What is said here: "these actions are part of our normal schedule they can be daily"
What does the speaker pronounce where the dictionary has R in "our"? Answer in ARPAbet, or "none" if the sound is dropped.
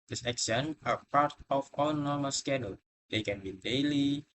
L